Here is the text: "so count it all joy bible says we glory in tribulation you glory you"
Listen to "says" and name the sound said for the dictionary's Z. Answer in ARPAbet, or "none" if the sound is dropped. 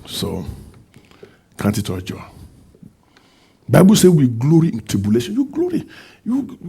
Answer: none